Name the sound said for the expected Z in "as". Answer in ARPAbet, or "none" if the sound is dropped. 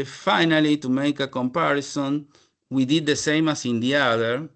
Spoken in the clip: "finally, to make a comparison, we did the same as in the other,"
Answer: S